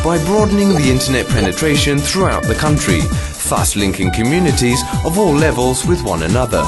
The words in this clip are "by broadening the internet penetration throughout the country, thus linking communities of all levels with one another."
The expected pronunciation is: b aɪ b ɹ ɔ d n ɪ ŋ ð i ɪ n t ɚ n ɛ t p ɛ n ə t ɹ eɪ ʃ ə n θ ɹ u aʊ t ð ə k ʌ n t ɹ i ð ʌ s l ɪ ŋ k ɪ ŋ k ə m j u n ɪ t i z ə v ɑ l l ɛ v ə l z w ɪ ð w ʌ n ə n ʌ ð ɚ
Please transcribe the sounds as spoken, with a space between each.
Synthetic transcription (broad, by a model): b aɪ b ɹ ɔ d n ɪ ŋ ð i ɪ n t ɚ n ɛ t p ɛ n ə t ɹ eɪ ʃ ə n θ ɹ u aʊ t ð ə k ʌ n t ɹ i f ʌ s l ɪ ŋ k ɪ ŋ k ə m j u n ɪ t i z ə v ɑ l l ɛ v ə l z w ɪ ð w ʌ n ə n ʌ ð ɚ